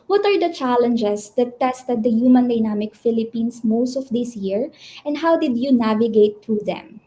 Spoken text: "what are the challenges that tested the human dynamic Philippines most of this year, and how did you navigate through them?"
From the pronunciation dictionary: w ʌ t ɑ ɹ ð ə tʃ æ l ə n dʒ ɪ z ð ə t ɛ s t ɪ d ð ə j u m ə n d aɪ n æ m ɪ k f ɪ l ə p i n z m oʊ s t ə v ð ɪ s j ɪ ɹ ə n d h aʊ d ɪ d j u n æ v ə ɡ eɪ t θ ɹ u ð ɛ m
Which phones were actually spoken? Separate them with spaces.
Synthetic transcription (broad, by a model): w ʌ t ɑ ɹ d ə tʃ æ l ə n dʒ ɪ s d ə t ɛ s t ɪ d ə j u m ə n d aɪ n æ m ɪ k f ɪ l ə p i n s m oʊ s t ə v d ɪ s j ɪ ɹ ə n d h aʊ d ɪ d j u n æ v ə ɡ eɪ t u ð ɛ m